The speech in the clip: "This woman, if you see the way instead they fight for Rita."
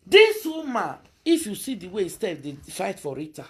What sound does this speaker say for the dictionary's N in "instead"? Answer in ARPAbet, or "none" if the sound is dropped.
none